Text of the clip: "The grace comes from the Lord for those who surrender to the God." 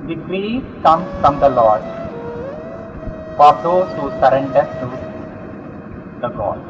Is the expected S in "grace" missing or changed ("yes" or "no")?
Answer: yes